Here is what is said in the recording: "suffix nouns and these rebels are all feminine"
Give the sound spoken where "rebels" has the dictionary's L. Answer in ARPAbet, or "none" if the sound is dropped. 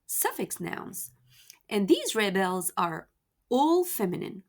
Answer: L